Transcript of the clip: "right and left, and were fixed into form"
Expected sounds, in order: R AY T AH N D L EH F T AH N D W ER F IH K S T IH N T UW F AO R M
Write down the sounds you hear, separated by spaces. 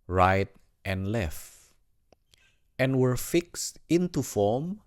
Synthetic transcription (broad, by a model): R AY T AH N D L EH F T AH N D W ER F IH K S T IH N T UW F AO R M